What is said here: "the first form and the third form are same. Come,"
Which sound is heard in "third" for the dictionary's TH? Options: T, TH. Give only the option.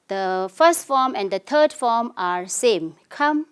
T